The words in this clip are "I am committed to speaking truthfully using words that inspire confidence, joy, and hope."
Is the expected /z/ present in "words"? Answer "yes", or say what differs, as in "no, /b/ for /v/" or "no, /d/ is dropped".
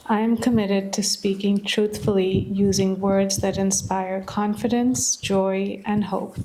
yes